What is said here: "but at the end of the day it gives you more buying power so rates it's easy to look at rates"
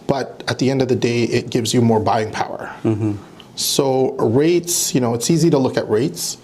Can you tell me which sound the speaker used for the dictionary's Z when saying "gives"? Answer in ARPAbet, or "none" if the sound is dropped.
Z